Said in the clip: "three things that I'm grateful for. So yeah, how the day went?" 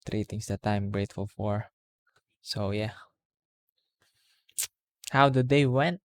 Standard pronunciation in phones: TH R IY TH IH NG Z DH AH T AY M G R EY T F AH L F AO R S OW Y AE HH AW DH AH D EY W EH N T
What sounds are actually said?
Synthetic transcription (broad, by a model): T R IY T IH NG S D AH T AY M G R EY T F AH L F AO R S OW Y AE HH AW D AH D EY W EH N T